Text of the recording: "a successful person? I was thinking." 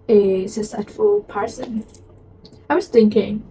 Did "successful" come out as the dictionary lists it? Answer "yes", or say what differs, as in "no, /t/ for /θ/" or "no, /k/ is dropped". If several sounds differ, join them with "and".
no, /k/ is dropped